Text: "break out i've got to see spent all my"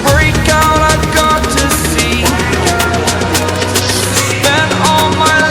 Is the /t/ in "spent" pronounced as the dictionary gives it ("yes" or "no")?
no